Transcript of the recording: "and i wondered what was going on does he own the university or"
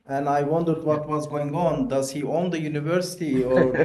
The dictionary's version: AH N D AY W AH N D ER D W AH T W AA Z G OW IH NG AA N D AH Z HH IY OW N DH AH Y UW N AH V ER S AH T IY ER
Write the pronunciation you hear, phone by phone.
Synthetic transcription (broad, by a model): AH N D AY W AH N D ER D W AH T W AA Z G OW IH NG AA N D AH Z HH IY OW N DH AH Y UW N AH V ER S AH T IY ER